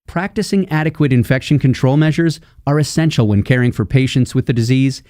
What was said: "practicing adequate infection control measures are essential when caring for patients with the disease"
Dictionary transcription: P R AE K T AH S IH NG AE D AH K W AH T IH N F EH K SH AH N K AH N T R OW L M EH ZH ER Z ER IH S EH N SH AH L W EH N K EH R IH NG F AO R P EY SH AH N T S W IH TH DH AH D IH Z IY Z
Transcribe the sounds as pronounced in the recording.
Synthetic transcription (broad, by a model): P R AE K T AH S IH NG AE D AH K W AH T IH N F EH K SH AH N K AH N T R OW L M EH ZH ER Z ER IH S EH N SH L W EH N K EH R IH NG F AO R P EY SH AH N T S W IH DH AH D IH Z IY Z